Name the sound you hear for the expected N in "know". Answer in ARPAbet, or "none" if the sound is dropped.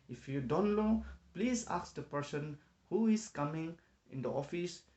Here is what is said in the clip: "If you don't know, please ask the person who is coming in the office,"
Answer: L